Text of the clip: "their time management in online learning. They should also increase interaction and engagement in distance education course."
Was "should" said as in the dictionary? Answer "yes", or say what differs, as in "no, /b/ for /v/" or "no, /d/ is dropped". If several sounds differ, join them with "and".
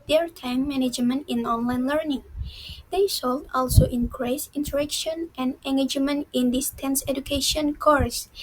no, /s/ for /ʃ/